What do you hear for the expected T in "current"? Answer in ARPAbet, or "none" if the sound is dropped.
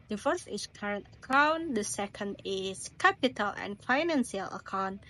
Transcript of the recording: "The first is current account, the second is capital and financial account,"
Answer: T